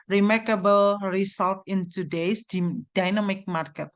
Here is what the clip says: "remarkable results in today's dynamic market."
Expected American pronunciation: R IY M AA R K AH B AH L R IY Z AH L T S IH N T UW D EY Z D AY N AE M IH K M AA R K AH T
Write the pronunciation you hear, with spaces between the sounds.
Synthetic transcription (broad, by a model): R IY M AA R K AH B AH L R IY S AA L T IH N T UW D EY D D AY N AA M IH K M AA R K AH T